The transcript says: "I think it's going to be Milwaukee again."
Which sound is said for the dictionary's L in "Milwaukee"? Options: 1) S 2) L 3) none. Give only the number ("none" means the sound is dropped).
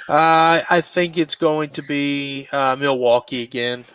2